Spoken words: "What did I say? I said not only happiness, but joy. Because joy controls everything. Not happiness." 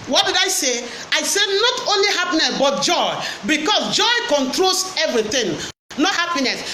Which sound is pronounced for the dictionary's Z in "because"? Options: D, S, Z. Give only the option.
S